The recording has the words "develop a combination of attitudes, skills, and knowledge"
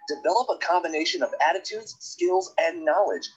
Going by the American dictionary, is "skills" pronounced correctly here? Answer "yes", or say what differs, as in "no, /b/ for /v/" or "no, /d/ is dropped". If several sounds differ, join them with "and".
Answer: yes